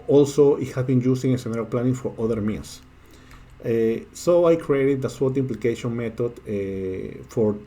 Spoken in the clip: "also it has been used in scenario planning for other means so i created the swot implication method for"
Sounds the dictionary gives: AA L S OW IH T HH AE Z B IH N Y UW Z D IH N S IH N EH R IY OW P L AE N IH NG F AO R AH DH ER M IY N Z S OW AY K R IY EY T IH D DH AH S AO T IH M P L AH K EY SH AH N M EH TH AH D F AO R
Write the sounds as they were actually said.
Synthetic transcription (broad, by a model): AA L S OW IH T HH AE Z B IH N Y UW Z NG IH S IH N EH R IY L P L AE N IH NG F AO R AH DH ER M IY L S S OW AY K R IY EY T IH D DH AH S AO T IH M P L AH K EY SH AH N M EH T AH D F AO R